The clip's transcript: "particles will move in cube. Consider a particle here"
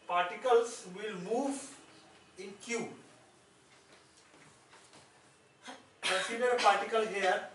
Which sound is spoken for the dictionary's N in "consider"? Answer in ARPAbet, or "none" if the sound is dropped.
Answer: none